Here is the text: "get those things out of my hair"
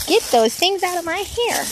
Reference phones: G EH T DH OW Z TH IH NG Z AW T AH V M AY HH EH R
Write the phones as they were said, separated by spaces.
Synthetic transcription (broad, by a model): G EH T DH OW Z TH IH NG Z AW T AH V M AY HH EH R